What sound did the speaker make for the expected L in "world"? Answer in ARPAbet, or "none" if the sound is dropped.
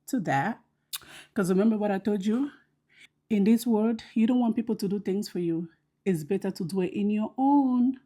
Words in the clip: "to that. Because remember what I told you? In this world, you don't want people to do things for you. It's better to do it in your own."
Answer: none